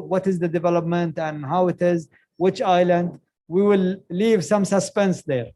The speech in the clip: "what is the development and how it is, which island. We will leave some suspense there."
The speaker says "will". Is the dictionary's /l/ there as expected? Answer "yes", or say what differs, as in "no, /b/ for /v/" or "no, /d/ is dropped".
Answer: yes